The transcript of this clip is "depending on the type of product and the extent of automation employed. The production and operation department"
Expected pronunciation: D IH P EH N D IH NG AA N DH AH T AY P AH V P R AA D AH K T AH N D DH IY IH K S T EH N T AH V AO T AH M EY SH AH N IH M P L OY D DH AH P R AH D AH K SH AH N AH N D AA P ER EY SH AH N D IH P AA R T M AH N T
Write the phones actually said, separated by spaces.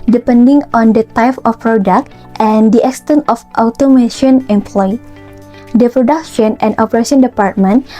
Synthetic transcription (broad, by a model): D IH P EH N D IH NG AA N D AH T AY P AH F P R AA D AH K T AH N D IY IH K S T EH N T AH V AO T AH M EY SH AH N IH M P L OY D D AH P R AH D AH K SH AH N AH N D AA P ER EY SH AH N D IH P AA R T M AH N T